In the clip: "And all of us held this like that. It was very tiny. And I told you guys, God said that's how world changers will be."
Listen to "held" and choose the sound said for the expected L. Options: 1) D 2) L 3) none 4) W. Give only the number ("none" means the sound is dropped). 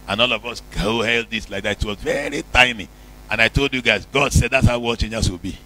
2